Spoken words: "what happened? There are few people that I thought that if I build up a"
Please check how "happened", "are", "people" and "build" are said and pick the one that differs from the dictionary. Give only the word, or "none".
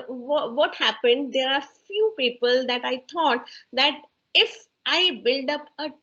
none